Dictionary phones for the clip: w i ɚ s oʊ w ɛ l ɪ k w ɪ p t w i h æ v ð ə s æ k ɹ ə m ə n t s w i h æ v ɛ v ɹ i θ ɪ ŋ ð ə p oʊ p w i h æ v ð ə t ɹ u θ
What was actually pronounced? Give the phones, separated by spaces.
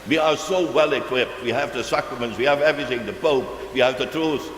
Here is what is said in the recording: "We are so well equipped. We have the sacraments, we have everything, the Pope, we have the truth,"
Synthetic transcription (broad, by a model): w i ɚ s oʊ w ɛ l ɪ k w ɪ p t w i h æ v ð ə s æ k ɹ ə m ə n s w i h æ v ɛ v ɹ i θ ɪ ŋ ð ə p oʊ p w i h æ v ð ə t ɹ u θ